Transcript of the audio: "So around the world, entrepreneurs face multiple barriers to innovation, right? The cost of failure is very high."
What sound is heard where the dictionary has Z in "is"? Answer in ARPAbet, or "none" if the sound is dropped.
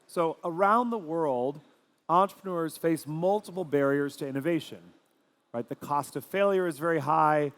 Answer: Z